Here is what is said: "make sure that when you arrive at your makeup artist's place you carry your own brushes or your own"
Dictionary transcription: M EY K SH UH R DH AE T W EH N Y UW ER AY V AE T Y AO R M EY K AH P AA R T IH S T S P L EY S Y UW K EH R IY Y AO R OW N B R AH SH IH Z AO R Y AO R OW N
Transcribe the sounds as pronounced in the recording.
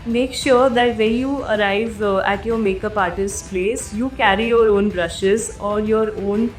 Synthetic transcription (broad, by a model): M EY K SH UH R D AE T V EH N Y UW ER AY V AE T Y AO R M EY K AH P AA R T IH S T P L EY S Y UW K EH R IY Y AO R OW N B R AH SH IH Z AO R Y AO R OW N